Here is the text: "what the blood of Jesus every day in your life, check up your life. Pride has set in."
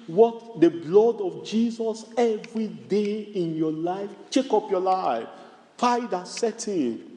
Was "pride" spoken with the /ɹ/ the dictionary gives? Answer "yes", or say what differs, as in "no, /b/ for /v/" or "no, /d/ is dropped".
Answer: no, /ɹ/ is dropped